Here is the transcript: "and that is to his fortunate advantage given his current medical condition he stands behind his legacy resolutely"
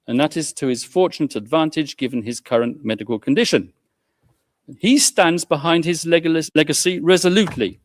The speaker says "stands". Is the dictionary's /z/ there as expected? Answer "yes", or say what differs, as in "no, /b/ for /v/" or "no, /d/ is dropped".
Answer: yes